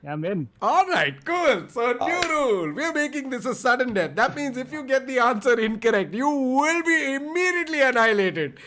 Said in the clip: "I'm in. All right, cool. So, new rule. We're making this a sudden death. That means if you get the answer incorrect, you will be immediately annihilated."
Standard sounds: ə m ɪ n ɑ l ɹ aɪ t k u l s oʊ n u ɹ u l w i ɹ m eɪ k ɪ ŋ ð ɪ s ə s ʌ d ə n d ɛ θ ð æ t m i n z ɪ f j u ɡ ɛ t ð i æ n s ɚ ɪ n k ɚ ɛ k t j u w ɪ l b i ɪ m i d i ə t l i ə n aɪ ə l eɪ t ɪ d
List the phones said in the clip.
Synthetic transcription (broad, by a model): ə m ɪ n ɑ l ɹ aɪ t k u l s oʊ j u ɹ u l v i ɹ m eɪ k ɪ ŋ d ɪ s ə s ʌ d ə n d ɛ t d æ t m i n z ɪ f j u ɡ ɛ t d i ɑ n s ɚ ɪ n k ɚ ɛ k t j u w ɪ l b i ɪ m i d i ə t l i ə n aɪ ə l eɪ t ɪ d